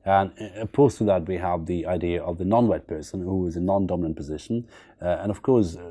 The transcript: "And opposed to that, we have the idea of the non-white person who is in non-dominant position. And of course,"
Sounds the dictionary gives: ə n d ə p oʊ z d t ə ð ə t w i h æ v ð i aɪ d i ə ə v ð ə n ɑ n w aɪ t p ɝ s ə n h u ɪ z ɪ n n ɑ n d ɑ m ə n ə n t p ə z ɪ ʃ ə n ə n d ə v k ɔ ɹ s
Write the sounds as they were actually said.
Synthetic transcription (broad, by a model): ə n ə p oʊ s t ə ð ə t w i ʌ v ð i aɪ d i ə ə v ð ə n ɑ n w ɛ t p ɝ s ə n h u ɪ z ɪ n n ɑ n d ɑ m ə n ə n p ə z ɪ ʃ ə n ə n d ə v k ɔ ɹ s